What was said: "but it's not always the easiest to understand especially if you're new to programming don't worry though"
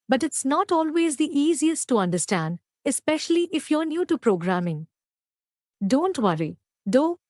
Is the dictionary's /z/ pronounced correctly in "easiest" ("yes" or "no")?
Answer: yes